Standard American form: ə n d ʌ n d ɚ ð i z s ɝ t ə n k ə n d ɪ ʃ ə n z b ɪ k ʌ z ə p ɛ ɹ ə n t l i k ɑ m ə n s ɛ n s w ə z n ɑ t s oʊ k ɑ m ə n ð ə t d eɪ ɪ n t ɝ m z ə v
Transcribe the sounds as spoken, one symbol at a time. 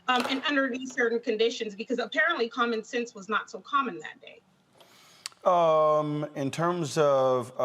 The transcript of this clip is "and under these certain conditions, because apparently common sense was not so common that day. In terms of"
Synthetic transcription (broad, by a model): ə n ʌ n d ɚ ð i z s ɝ t n k ə n d ɪ ʃ ə n z b ɪ k ʌ z ə p ɛ ɹ ə n t l i k ɑ m ə n s ɛ n s w ə z n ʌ t s oʊ k ɑ m ə n ð ə t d eɪ ɪ n t ɝ m z ə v